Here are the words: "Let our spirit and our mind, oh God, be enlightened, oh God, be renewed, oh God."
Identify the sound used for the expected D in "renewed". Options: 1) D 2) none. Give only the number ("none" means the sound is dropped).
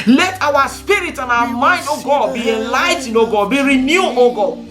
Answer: 2